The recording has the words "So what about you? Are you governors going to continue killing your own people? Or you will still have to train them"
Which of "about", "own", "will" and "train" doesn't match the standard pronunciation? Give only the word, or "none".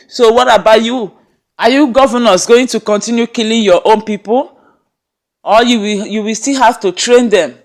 will